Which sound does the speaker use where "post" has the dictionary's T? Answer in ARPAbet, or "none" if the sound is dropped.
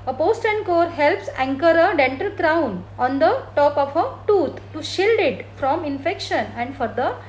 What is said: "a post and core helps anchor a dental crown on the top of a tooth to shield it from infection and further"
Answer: T